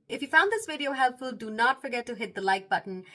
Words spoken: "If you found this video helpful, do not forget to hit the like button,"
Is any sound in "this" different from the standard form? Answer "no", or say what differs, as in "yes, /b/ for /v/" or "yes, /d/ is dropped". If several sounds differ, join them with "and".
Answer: no